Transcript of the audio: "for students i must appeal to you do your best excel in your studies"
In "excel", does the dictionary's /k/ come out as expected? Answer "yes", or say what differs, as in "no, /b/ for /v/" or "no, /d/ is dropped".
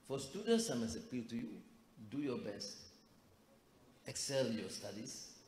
yes